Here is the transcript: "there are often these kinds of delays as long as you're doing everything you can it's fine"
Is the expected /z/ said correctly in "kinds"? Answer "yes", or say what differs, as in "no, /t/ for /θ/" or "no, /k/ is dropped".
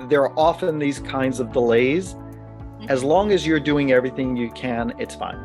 yes